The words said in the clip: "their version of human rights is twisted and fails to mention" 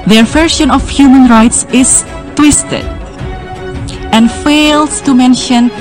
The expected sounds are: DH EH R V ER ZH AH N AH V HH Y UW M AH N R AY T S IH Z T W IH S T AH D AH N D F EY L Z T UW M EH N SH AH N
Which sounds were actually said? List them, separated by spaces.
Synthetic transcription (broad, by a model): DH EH R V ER SH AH N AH F HH Y UW M AH N R AY T S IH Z T W IH S T AH D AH N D F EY L S T UW M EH N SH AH N